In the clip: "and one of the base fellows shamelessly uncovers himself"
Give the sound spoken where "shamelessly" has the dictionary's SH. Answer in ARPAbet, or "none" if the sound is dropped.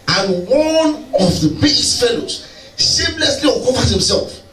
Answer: S